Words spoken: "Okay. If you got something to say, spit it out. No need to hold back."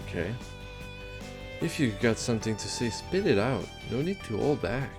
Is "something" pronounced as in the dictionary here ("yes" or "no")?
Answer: yes